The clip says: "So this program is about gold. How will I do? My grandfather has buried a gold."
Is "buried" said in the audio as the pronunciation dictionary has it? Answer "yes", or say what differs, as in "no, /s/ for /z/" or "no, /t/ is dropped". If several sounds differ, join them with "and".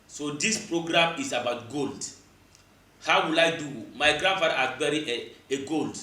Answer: no, /d/ is dropped